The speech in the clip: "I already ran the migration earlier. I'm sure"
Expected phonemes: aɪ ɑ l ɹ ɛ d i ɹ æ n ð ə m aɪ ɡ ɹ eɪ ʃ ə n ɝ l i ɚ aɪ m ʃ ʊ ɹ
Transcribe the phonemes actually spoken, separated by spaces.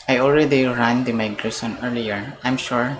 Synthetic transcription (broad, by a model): aɪ ɑ l ɹ ɛ d i ɹ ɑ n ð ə m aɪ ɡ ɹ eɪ s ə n ɝ l i ɚ aɪ m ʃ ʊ ɹ